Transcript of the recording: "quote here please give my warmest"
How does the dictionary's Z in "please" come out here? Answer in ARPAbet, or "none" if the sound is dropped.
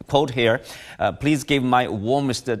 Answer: Z